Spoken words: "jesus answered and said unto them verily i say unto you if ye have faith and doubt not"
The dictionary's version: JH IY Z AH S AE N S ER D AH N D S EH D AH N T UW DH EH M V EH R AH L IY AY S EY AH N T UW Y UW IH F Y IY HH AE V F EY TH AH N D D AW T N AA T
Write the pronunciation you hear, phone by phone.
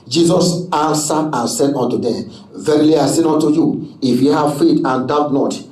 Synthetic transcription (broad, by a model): JH IY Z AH S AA N S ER AH N S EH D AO N T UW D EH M V EH R AH L IY AY S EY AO N T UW Y UW IH F Y IY HH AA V F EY T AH N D D AW T N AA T